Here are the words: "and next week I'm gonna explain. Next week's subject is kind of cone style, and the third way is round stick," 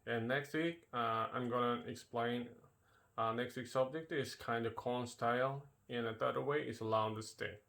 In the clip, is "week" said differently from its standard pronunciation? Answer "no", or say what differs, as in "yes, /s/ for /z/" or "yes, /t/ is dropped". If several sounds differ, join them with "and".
no